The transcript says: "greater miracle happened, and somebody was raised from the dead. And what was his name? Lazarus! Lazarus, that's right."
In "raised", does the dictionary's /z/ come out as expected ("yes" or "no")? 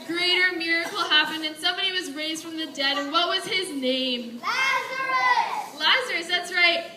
yes